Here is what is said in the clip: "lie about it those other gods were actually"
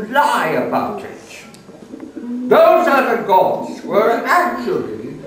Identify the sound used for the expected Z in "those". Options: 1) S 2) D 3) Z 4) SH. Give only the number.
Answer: 3